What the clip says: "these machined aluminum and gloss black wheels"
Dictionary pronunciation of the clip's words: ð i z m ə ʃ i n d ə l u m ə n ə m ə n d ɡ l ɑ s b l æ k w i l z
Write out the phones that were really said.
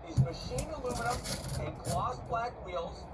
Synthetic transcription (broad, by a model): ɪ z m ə ʃ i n ə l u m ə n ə ə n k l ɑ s b l æ k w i l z